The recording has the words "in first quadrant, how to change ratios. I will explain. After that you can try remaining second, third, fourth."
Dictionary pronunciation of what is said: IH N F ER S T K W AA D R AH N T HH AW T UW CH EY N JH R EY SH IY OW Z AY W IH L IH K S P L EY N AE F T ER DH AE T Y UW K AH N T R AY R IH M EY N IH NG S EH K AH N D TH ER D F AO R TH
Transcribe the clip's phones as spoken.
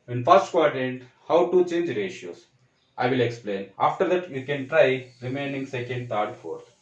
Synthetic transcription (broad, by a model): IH N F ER S T K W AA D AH N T HH AW T UW CH EY N JH R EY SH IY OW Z AY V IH L IH K S P L EY N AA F T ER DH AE T Y UW K AH N T R AY R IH M EY N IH NG S EH K AH N D T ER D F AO R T